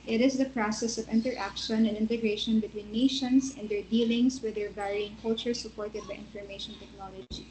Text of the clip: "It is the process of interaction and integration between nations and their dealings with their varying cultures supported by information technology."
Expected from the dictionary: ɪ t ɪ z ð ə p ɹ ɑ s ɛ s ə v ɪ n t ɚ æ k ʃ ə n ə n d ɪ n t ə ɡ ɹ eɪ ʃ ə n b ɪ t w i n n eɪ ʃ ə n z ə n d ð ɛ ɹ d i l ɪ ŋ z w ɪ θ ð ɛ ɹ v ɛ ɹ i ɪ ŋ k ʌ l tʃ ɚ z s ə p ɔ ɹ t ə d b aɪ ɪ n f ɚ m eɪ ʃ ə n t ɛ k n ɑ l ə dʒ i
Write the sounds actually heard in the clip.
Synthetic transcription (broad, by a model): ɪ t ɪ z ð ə p ɹ ɑ s ɛ s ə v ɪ n t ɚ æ k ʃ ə n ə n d ɪ n t ə ɡ ɹ eɪ ʃ ə n b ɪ t w i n n eɪ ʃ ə n s ə n d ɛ ɹ d i l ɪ ŋ s w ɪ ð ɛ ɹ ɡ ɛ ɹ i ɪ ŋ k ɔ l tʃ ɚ s ə p ɔ ɹ t ə d b aɪ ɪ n f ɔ m eɪ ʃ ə n t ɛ k n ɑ l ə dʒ i